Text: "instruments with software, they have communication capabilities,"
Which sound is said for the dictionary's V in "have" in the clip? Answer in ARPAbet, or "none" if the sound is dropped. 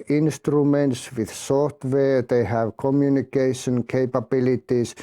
V